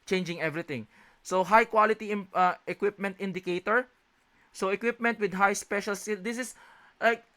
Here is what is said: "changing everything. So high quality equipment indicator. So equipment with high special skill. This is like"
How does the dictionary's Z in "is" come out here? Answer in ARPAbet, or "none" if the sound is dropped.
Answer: S